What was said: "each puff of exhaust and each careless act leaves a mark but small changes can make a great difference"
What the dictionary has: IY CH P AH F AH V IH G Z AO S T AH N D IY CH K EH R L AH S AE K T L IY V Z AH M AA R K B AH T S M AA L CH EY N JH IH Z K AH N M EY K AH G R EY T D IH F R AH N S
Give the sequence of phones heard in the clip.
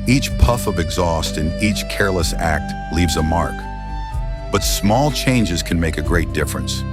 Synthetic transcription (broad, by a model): IY CH P AH F AH V IH G Z AO S T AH N IY CH K EH R L AH S AE K T L IY V Z AH M AA R K B AH T S M AA L CH EY N JH IH Z K N M EY K AH G R EY T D IH F R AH N S